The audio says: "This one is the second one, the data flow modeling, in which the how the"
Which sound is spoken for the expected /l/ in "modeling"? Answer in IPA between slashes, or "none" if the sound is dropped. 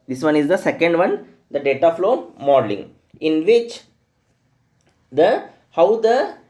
/l/